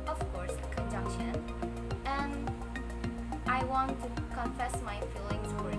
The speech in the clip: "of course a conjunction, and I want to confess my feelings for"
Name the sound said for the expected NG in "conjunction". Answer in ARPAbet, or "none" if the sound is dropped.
none